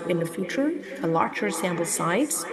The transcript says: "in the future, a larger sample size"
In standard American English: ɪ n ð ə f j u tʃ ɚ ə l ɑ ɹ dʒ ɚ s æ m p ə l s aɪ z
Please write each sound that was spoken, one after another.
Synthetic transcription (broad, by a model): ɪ n ð ə f j u tʃ ɚ ə l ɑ ɹ tʃ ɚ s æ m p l s aɪ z